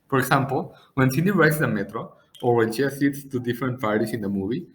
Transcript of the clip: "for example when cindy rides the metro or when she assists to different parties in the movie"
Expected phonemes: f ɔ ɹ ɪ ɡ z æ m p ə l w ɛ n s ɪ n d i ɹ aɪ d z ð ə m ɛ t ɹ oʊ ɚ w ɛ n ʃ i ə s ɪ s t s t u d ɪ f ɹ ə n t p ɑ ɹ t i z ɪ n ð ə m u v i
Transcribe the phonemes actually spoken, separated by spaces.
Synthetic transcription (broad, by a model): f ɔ ɹ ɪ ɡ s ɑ m p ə l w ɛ n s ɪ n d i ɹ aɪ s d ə m ɛ t ɹ oʊ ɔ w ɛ n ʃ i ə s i t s t u d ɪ f ɹ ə n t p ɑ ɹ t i s ɪ n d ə m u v i